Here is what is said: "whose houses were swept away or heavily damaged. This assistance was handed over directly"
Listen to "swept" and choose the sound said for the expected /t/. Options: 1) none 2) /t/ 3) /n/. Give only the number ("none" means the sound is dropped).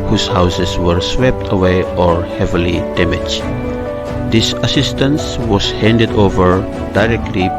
2